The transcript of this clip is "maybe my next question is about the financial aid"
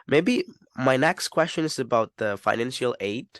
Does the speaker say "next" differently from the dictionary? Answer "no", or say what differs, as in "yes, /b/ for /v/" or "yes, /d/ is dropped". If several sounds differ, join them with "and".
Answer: no